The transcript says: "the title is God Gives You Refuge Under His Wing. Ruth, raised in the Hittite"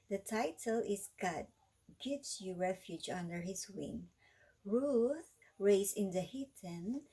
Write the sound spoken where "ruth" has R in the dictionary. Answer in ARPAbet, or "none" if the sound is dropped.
R